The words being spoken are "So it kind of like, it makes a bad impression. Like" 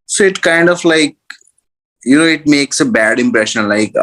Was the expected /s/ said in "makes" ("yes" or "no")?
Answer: yes